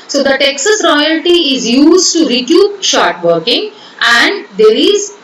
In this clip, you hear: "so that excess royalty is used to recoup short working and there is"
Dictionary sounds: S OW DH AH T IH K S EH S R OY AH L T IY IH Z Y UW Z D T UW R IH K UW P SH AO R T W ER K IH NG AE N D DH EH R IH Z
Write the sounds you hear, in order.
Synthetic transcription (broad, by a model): S OW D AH T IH K S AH S R OY AH L T IY IH Z Y UW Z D T UW R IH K UW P SH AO R T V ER K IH NG AE N D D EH R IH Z